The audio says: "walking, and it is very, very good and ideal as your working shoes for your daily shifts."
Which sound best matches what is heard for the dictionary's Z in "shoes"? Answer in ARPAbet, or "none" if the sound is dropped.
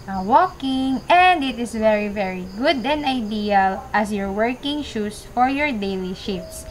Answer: S